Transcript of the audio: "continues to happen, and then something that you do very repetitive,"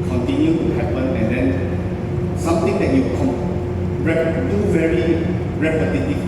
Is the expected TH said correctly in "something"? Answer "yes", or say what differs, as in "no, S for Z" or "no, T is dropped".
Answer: no, T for TH